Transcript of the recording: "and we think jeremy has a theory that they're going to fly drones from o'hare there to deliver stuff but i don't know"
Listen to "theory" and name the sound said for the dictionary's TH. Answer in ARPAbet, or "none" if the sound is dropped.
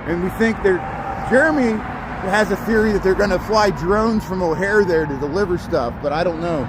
TH